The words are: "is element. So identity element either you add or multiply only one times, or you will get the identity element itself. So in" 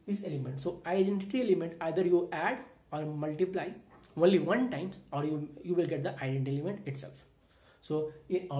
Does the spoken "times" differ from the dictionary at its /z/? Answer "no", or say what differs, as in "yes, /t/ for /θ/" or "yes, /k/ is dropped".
yes, /z/ is dropped